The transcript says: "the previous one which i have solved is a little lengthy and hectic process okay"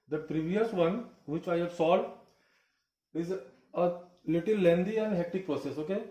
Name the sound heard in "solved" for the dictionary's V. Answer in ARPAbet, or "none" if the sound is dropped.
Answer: none